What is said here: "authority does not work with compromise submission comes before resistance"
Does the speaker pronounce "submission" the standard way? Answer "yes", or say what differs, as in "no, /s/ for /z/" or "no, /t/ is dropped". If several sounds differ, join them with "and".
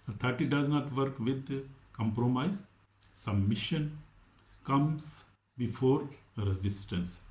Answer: no, /b/ is dropped